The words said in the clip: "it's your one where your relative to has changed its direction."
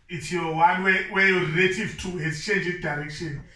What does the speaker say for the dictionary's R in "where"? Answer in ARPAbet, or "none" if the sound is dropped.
W